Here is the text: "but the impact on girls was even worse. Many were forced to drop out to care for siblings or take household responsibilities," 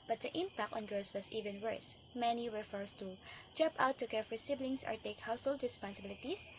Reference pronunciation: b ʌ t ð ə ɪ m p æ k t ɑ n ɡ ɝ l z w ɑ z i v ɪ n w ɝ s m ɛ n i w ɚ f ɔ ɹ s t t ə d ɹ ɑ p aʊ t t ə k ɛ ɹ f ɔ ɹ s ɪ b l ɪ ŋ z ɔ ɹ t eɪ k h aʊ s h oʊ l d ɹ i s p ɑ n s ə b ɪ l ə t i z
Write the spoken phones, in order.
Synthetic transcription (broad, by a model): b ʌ t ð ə ɪ m p æ k t ɑ n ɡ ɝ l s w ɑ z i v ɪ n w ɝ s m ɛ n i w ɚ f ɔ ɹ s t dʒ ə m p aʊ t t ə k ɛ ɹ f ɔ ɹ s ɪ b l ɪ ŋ s ɔ ɹ t eɪ k h aʊ s h oʊ l d ɹ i s p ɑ n s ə b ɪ l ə t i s